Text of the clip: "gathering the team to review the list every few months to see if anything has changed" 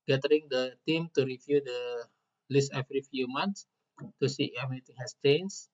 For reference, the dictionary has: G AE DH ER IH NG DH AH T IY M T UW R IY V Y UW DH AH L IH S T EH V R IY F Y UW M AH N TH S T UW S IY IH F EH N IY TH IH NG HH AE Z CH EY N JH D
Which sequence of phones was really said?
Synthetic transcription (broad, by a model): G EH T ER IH NG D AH T IY M T UW R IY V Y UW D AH L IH S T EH F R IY F Y UW M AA N T S T UW S IY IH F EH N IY T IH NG HH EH S CH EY N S